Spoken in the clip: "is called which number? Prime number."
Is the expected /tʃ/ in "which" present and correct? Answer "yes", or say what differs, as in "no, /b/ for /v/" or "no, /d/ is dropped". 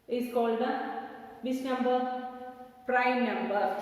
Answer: no, /s/ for /tʃ/